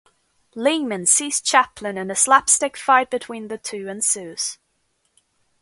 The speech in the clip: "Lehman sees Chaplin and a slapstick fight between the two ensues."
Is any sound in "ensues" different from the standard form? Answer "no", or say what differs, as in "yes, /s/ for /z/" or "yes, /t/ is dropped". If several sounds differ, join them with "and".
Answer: no